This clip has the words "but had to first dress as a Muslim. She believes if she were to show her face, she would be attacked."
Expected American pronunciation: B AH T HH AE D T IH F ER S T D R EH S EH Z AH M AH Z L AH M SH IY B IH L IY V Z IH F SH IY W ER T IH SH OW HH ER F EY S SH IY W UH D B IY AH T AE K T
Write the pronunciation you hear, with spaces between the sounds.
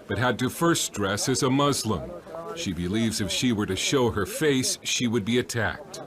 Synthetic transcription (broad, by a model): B AH T HH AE D T IH F ER S T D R EH S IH Z AH M AH Z L AH M SH IY B IH L IY V Z IH F SH IY W ER T IH SH OW ER F EY S SH IY W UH D B IY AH T AE K T